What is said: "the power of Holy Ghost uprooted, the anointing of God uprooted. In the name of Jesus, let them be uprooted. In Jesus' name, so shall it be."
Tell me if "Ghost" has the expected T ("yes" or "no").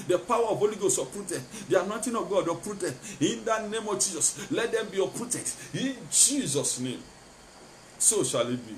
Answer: no